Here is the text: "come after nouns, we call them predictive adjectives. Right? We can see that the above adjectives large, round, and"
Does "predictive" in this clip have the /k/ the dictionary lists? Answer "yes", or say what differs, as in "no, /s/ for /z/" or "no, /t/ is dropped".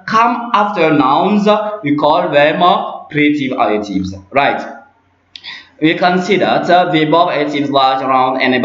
no, /k/ is dropped